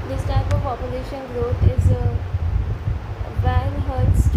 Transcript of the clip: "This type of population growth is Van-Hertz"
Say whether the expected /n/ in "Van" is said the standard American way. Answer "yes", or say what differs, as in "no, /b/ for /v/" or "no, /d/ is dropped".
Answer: no, /l/ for /n/